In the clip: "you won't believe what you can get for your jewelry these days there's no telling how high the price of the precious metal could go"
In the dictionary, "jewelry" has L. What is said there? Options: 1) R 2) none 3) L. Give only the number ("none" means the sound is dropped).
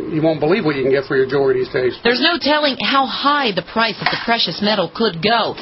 2